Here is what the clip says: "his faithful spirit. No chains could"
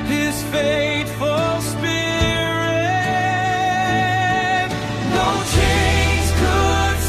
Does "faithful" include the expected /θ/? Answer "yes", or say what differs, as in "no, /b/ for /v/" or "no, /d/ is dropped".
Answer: no, /t/ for /θ/